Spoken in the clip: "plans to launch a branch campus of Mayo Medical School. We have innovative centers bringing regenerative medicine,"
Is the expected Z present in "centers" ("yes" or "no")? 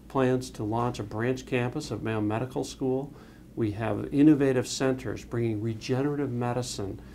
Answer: yes